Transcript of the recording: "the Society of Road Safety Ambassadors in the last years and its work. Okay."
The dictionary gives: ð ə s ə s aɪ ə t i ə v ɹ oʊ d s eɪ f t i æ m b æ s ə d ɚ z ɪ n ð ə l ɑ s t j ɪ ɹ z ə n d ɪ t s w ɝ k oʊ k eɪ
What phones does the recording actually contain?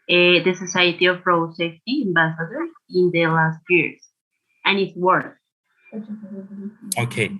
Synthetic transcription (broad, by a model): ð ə s ə s aɪ ə t i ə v ɹ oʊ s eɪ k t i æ m b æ s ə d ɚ ɪ n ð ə l ɑ s t j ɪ ɹ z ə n ɪ t s w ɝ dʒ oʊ k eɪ